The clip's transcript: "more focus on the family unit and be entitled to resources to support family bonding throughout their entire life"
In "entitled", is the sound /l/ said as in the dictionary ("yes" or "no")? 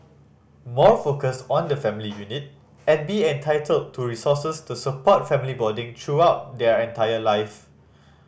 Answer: yes